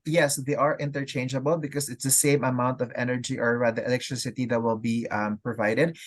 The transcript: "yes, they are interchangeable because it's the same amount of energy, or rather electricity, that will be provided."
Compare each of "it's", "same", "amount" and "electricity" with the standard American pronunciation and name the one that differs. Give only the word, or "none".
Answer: none